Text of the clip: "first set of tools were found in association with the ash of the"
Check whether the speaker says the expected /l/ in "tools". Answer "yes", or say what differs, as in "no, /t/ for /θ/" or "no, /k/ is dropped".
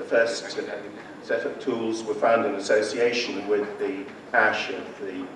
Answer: yes